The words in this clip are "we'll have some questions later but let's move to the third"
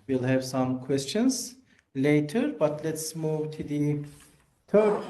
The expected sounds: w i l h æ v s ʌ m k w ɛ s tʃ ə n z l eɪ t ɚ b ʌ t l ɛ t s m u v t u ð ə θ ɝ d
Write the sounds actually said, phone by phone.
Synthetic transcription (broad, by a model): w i l h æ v s ʌ m k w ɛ s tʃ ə n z l eɪ t ɚ b ʌ t l ɛ t s m u v t u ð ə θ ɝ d